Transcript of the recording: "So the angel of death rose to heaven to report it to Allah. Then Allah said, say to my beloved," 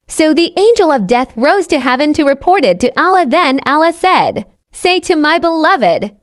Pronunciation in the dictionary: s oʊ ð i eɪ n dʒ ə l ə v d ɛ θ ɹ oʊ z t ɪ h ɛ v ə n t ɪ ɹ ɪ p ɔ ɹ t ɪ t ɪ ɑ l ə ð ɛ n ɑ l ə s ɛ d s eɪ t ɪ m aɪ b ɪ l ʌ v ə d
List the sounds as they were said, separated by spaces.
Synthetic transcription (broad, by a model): s oʊ ð i eɪ n dʒ ə l ə v d ɛ θ ɹ oʊ z t ɪ h ɛ v ə n t ɪ ɹ ɪ p ɔ ɹ t ɪ t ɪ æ l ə ð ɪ n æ l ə s ɛ d s eɪ t ɪ m aɪ b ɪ l ʌ v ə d